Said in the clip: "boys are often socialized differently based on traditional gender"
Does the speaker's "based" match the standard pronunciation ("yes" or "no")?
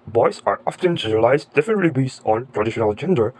no